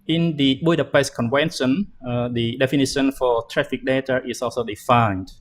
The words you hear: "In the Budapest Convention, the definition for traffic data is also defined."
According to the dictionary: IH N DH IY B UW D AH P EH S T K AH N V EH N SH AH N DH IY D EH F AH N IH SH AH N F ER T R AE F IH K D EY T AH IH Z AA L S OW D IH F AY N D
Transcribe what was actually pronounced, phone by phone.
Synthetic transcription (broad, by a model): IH N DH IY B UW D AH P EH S K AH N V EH N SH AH N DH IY D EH F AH N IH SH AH N F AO T R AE F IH K D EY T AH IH S AA L S OW D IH F AY N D